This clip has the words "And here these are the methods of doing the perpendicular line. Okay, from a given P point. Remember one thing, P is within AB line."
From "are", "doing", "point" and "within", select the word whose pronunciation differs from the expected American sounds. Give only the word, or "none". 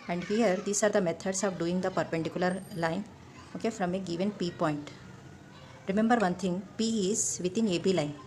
within